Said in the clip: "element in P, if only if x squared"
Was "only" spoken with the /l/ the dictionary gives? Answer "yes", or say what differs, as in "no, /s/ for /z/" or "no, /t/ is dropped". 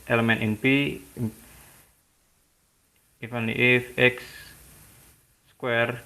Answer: no, /l/ is dropped